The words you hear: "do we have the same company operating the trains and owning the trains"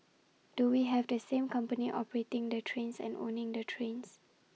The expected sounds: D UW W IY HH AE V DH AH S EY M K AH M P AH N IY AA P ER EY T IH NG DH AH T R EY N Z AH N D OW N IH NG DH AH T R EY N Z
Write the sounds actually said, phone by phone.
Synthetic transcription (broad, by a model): D UW W IY HH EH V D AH S EY M K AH M P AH N IY AA P ER EY T IH NG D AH T R EY N S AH N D OW N IH NG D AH T R EY N S